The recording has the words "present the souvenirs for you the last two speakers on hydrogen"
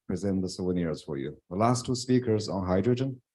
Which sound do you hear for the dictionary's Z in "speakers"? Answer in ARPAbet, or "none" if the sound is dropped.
Z